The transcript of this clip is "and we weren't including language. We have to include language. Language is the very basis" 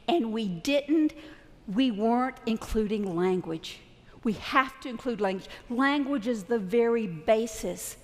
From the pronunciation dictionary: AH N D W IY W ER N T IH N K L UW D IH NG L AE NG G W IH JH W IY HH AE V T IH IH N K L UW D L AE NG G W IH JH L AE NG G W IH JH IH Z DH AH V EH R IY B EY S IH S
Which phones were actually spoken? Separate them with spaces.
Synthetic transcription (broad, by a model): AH N D W IY W ER N T IH N K L UW D IH NG L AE NG G W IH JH W IY HH AE F T IH IH N K L UW D L AE NG G W IH JH L AE NG G W IH JH IH Z DH AH V EH R IY B EY S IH S